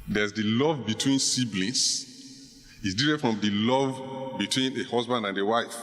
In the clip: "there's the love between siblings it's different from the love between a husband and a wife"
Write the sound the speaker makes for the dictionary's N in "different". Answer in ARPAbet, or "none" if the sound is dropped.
none